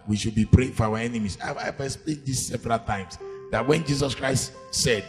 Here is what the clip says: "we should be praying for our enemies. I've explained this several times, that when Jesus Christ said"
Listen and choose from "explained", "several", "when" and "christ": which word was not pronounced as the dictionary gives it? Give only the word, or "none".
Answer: explained